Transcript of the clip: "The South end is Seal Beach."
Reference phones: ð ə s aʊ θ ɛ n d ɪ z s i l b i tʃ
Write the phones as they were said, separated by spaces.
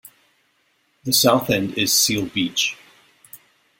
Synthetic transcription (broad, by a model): ð ə s aʊ θ ɛ n d ɪ z s i l b i tʃ